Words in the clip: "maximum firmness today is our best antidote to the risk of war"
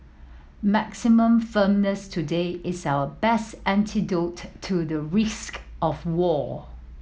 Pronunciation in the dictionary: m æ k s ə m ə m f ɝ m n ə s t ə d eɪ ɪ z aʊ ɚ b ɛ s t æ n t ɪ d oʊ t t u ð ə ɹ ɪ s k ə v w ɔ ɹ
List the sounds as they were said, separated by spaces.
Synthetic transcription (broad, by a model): m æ k s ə m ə m f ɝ m n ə s t ə d eɪ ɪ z aʊ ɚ b ɛ s t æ n t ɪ d oʊ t t u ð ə ɹ ɪ s k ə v w ɔ